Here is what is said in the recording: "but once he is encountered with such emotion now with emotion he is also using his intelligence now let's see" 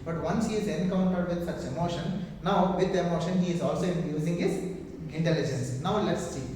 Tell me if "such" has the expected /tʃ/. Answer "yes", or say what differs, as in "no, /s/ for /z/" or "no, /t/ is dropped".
yes